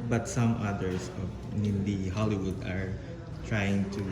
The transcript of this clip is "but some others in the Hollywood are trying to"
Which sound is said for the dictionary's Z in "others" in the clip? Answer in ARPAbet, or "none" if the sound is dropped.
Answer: S